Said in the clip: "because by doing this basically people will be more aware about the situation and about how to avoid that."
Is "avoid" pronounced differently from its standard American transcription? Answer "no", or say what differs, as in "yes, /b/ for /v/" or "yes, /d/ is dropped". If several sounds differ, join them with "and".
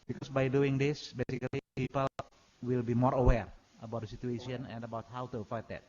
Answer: yes, /f/ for /v/